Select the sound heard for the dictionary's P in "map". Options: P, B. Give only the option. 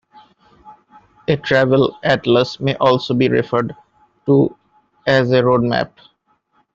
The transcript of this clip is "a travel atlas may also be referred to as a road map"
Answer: P